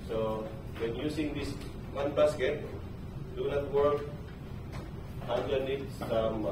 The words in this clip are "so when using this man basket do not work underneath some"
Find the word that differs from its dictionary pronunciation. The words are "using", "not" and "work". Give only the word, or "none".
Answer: using